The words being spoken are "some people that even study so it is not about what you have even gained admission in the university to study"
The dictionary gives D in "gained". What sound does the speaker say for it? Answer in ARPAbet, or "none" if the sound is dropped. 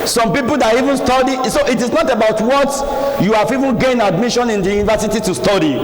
none